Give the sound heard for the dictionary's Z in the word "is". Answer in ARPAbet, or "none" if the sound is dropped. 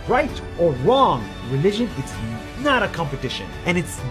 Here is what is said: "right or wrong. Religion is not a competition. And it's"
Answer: S